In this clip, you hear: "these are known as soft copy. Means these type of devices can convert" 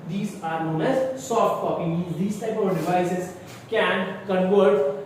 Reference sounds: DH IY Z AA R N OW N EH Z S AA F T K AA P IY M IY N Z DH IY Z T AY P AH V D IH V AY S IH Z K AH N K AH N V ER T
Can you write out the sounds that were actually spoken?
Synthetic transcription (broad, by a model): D IY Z AA R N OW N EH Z S AA F T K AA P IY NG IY Z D IY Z T AY P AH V D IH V AY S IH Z K AH N K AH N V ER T